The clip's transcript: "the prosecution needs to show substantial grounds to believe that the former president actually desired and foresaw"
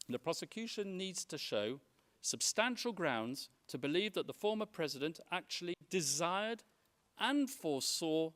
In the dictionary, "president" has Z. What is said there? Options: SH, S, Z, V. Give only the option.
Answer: Z